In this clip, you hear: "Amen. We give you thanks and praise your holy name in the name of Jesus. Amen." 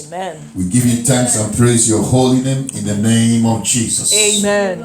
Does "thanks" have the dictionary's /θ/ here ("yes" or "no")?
no